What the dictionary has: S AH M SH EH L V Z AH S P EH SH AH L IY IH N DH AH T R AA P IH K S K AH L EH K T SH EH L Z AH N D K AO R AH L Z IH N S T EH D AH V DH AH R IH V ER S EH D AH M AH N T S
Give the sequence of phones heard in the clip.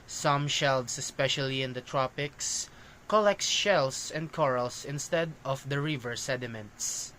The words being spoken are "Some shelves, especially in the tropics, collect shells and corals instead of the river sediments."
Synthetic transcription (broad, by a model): S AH M SH EH L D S AH S P EH SH AH L IY IH N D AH T R AA P IH K S K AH L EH K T SH EH L S AH N D K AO R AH L S IH N S T EH D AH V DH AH R IH V ER S EH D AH M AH N T S